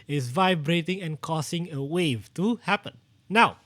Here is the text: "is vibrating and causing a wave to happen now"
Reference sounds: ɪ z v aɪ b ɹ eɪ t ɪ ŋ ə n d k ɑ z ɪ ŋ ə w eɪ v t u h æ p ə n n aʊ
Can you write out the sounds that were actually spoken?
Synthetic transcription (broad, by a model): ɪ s v aɪ b ɹ eɪ t ɪ ŋ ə n k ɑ s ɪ ŋ ə w eɪ v t u h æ p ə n n aʊ